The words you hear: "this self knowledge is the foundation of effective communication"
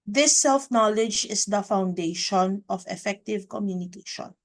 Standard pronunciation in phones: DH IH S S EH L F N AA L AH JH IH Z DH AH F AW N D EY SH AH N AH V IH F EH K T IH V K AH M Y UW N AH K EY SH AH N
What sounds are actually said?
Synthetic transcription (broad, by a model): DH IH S S EH L F N AA L AH JH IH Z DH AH F AW N D EY SH AH N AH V IH F EH K T IH V K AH M Y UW N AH K EY SH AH N